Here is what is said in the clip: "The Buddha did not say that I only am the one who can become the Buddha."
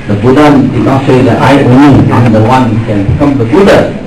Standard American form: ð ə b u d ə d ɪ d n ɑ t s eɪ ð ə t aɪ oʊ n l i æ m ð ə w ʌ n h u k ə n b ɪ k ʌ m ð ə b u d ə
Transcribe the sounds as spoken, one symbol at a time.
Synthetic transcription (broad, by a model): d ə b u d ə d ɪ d n ɑ t s eɪ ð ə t aɪ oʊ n i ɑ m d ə w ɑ n h u k ə n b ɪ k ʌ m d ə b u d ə